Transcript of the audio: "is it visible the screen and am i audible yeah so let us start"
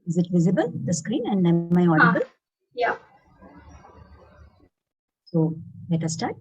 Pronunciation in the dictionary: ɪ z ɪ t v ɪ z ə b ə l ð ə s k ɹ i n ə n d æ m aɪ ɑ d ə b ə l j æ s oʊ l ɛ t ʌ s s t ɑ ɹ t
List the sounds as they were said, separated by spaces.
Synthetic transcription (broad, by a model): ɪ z ɪ t v ɪ z ə b ə l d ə s k ɹ i n ə n d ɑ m aɪ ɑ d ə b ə l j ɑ s oʊ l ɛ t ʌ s s t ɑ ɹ t